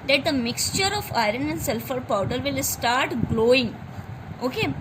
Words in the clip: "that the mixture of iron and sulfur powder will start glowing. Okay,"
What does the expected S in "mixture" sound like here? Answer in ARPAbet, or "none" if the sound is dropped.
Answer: S